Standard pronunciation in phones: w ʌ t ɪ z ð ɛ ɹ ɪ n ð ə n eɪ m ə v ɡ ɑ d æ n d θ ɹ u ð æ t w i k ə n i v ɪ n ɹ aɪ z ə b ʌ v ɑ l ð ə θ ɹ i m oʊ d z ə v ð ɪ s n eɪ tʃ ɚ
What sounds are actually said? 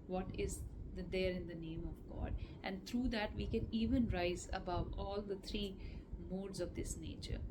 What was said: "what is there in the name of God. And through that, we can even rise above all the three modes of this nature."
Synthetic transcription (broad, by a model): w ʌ t ɪ z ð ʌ ɹ ɪ n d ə n eɪ m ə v ɡ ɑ d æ n d t ɹ u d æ t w i k ə n i v ɪ n ɹ aɪ z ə b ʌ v ɑ l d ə t ɹ i m oʊ d z ə v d ɪ s n eɪ tʃ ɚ